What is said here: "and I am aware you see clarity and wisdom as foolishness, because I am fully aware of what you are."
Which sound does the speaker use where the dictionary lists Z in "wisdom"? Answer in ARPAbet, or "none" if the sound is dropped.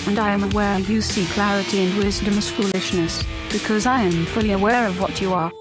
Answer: Z